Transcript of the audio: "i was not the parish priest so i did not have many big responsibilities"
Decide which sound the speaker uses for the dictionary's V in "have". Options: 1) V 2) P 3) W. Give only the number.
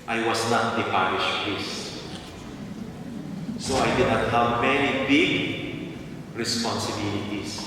3